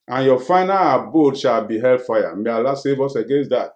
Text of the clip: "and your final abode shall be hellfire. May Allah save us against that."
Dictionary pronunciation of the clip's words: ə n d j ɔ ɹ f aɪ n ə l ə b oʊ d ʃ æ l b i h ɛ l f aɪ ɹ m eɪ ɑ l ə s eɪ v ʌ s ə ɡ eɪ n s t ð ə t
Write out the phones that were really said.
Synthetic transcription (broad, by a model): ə n j ɔ f aɪ n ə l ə b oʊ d ʃ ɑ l b i h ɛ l f aɪ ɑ m eɪ ɑ l ə s eɪ v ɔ s ə ɡ eɪ n s t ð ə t